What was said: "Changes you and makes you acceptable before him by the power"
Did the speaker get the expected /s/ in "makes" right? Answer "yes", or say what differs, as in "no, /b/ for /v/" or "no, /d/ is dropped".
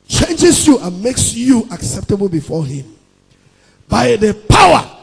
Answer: yes